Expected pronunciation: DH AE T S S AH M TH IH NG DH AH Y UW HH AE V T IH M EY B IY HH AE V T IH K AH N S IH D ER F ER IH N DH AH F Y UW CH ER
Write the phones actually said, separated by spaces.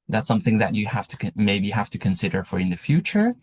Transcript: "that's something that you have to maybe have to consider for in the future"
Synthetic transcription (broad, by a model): DH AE T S S AH M TH IH NG DH AH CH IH HH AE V T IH M EY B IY HH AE F T IH K AH N S IH D ER F ER IH N DH AH F Y UW CH ER